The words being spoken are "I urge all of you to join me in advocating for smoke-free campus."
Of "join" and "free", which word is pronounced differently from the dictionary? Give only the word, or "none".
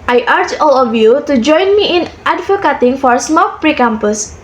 free